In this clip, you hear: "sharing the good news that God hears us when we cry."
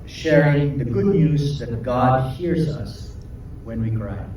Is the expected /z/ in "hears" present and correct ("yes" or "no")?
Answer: yes